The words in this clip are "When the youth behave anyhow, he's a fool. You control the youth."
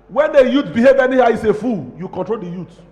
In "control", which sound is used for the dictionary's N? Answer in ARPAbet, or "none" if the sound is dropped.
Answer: N